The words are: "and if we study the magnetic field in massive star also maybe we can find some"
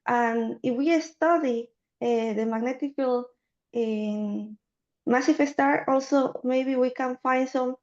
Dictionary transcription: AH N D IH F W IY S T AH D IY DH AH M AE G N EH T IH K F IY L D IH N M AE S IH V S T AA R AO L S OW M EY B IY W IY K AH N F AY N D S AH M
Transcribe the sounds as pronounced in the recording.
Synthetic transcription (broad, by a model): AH N IH F W IY S T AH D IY DH AH M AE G N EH T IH K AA L IH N M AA S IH F S T AA R AO L S OW M EY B IY W IY K AH N F AY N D S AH M